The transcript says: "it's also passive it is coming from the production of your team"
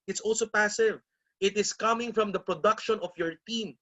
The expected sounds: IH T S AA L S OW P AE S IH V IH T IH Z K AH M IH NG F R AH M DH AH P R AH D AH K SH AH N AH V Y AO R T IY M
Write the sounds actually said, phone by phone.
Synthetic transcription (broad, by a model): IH T S AA L S OW P AE S IH V IH T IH S K AH M IH NG F R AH M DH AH P R AH D AH K SH AH N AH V Y AO R T IY M